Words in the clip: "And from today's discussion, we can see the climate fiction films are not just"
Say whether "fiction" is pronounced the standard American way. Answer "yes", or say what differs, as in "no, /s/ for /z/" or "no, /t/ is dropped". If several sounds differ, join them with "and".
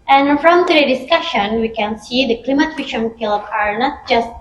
no, /k/ is dropped